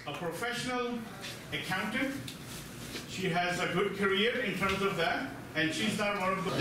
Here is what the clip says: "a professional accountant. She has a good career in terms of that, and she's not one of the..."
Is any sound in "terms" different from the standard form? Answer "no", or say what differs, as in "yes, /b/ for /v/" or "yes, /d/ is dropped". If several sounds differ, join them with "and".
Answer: no